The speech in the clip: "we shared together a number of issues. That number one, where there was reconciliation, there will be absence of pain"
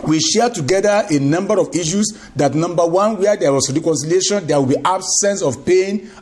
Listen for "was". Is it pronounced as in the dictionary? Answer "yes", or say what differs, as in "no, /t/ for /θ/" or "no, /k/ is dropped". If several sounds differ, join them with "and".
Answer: no, /s/ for /z/